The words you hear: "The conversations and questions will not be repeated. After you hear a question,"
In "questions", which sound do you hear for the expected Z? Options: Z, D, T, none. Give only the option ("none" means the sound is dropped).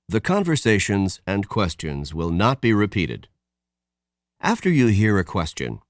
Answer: Z